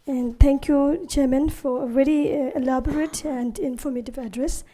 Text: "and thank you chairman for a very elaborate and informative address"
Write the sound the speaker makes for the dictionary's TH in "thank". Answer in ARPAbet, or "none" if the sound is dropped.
T